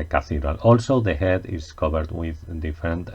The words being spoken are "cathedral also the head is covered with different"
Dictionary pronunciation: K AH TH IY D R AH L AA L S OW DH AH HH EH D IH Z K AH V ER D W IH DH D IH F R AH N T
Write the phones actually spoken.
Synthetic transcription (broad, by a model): K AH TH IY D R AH L AA L S OW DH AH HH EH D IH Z K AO B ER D W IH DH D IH F R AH N T